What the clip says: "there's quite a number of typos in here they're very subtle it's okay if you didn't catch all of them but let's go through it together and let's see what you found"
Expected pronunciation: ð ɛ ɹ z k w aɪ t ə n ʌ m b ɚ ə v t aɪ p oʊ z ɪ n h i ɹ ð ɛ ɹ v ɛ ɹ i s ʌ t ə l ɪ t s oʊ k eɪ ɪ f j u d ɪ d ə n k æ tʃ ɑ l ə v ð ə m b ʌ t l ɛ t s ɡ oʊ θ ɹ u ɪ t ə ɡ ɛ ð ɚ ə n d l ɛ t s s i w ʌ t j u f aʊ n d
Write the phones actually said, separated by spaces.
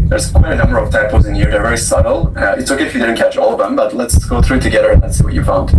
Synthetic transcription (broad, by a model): ð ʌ ɹ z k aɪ ə n ʌ m b ɚ ə v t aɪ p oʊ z ɪ n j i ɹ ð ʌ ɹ v ɛ ɹ i s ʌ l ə ɪ t s oʊ k eɪ ɪ f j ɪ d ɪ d n k æ tʃ ɑ l ə v ð ə m b ʌ t l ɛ t s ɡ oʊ θ ɹ u t ə ɡ ɛ ð ɚ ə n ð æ t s s i w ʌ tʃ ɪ f aʊ n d